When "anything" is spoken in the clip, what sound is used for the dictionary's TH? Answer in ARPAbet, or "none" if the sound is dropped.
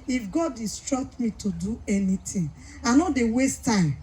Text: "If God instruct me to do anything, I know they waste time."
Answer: T